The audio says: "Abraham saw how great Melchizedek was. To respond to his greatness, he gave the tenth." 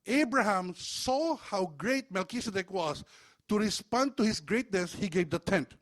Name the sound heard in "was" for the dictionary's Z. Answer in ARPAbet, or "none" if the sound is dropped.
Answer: S